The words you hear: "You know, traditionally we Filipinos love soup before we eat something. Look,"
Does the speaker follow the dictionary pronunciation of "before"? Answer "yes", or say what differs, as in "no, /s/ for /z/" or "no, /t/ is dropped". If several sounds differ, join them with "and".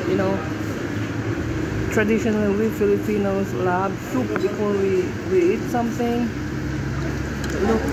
no, /w/ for /ɹ/